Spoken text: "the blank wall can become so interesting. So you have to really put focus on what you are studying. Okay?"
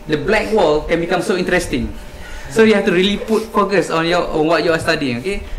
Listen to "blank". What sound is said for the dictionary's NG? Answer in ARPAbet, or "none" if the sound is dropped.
none